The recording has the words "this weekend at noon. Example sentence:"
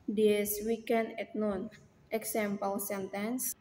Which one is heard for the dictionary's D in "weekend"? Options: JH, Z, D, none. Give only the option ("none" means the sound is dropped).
none